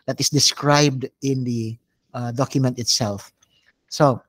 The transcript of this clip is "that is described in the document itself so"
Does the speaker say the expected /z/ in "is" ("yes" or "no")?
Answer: no